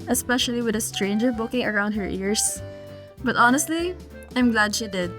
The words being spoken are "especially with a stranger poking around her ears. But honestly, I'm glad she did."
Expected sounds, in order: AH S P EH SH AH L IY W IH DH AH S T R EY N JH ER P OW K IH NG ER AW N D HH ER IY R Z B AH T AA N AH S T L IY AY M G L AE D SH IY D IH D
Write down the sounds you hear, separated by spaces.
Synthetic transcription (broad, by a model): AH S P EH SH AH L IY W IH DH AH S T R EY N JH ER B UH K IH NG ER AW N D HH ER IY R S B AH T AA N AH S T L IY AY M G L AE D SH IY D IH D